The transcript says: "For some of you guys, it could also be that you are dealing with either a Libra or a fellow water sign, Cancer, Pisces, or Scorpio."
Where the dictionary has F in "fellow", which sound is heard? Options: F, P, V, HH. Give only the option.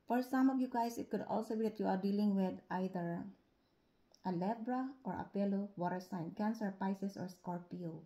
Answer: P